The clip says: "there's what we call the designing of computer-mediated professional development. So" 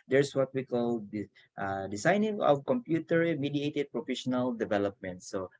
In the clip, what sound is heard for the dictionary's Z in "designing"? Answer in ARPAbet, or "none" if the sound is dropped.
S